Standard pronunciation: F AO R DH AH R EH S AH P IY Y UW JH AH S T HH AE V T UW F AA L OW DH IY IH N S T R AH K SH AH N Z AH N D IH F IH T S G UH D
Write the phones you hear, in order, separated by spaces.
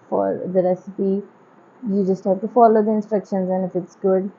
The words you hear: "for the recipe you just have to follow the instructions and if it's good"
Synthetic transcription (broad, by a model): F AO R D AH R EH S AH P IY Y UW JH AH S T HH AE V T UW F AA L OW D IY IH N S T R AH K SH AH N Z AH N IH F IH T S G UH D